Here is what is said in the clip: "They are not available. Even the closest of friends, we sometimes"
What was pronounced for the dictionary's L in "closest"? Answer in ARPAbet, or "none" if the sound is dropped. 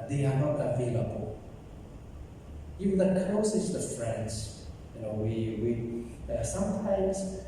none